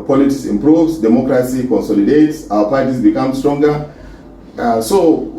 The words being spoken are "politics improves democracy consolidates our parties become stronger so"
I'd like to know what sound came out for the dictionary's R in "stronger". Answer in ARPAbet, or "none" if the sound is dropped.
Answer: R